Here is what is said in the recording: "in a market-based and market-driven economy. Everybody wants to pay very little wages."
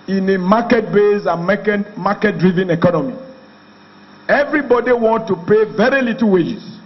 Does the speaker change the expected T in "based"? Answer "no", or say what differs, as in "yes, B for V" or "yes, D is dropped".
yes, T is dropped